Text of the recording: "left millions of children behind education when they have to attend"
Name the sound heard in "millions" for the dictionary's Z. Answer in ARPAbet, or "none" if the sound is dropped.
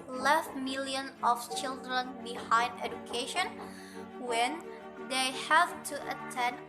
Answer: none